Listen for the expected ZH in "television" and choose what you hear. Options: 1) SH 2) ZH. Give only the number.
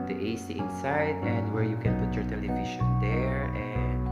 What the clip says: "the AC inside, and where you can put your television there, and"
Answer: 1